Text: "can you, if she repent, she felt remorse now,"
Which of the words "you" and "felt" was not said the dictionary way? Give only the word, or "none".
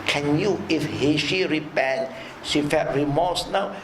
felt